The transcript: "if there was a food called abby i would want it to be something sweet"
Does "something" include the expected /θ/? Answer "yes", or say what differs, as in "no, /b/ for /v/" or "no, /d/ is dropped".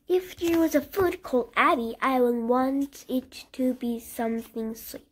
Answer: yes